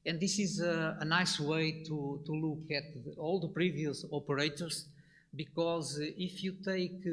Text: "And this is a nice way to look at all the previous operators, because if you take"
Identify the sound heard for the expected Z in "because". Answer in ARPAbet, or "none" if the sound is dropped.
Z